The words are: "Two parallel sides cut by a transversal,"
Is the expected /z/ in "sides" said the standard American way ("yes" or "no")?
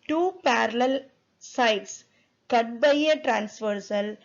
no